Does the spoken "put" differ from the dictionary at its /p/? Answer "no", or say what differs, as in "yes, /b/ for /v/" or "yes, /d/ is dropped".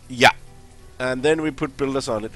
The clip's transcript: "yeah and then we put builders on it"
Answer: no